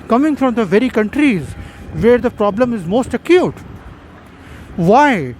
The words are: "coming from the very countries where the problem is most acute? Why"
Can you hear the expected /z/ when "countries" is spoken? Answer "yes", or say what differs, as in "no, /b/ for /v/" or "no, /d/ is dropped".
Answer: yes